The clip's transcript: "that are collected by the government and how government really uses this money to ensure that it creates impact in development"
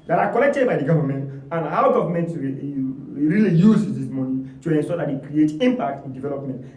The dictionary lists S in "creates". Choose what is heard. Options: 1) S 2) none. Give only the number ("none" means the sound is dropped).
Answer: 2